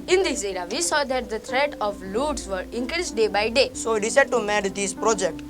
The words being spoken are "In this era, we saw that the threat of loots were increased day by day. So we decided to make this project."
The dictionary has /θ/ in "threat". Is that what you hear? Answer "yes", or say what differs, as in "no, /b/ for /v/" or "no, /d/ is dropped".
no, /t/ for /θ/